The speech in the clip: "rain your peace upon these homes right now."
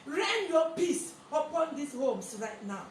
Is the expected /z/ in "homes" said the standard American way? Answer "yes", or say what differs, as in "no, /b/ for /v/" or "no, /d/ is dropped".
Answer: no, /s/ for /z/